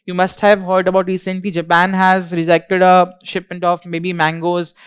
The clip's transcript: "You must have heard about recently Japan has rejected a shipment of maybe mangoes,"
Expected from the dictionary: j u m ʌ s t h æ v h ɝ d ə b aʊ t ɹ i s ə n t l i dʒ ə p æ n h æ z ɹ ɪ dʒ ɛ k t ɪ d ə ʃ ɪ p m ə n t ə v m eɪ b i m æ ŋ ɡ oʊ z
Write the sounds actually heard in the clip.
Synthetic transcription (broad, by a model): j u m ʌ s t h æ v h ɝ d ə b aʊ t ɹ i s ə n t l i dʒ ə p æ n h æ z ɹ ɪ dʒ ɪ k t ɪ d ə ʃ ɪ p m ə n t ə f m eɪ b i m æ ŋ ɡ oʊ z